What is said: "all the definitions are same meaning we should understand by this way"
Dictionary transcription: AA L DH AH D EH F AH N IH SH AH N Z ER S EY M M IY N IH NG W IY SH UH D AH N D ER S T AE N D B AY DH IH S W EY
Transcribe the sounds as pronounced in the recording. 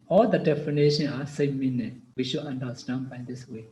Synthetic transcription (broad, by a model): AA L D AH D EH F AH N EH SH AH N AA S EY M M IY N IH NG W IY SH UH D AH N D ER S T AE N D B AY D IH S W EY